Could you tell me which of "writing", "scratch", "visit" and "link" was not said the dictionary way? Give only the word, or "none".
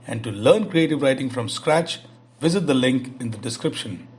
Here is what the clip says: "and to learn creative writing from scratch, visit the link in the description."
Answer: none